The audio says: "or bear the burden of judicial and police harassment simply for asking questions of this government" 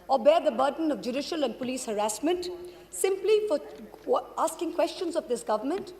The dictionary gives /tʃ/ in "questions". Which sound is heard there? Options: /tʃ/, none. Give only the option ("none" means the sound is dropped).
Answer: /tʃ/